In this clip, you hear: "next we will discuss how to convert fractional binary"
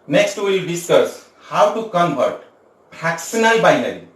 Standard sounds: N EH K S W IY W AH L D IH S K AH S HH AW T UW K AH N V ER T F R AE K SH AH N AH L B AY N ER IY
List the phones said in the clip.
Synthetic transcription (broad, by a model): N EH K S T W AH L D IH S K AH S HH AW T UW K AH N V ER T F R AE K S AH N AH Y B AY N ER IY